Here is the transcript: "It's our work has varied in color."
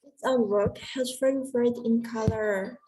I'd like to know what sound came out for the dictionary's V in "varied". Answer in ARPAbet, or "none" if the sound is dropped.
F